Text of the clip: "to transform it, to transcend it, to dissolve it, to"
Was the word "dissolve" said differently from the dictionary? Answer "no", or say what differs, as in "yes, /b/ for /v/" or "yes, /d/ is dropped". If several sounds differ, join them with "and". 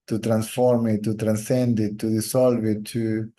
yes, /s/ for /z/